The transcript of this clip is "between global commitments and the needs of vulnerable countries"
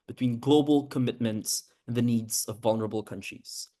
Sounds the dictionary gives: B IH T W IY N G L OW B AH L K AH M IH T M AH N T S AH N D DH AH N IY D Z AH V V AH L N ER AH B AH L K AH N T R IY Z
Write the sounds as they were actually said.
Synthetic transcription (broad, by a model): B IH T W IY N G L OW B AH L K AH M IH T M AH N T S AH N DH AH N IY D Z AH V V AH L N ER AH B AH L K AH N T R IY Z